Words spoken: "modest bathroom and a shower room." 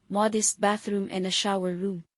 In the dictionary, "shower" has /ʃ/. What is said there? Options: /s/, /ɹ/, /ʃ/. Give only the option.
/ʃ/